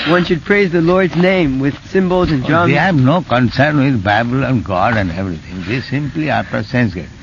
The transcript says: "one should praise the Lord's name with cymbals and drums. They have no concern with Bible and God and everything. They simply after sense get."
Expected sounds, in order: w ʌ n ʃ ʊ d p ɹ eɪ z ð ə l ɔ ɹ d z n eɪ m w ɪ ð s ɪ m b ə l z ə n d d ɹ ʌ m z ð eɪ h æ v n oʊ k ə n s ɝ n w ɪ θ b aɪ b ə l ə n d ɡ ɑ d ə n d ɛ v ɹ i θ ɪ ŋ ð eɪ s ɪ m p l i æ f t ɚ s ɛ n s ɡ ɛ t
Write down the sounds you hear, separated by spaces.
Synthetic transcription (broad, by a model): w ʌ n ʃ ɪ d p ɹ eɪ z ð ə l ɔ ɹ d z n eɪ m w ɪ ð s ɪ m b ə l z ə n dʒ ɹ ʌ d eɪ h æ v n oʊ k ə n s ɝ n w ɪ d b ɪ b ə l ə n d ɡ ɑ d ə n d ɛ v ɹ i t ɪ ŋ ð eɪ s ɪ m p l i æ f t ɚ s ɛ n s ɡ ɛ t